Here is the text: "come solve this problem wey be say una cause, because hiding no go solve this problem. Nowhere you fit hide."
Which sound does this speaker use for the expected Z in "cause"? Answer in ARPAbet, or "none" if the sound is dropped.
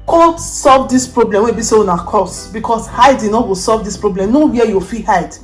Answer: S